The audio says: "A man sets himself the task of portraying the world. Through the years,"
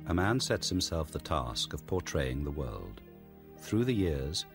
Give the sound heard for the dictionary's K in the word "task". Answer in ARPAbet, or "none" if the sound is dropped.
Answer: K